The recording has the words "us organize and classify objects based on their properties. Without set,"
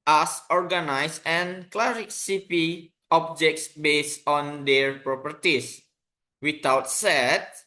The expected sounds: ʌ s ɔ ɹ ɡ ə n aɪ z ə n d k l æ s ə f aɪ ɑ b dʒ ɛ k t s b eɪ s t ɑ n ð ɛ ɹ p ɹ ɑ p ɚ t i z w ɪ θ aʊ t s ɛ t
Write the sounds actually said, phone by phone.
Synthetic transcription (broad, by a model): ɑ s ɔ ɹ ɡ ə n aɪ s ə n k l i s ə p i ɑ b dʒ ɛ k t s b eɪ s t ɑ n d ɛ ɹ p ɹ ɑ p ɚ t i s w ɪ t aʊ t s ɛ t